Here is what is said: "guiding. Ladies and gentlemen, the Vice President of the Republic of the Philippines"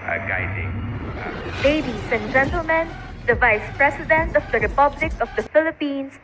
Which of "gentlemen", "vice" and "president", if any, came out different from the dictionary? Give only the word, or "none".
president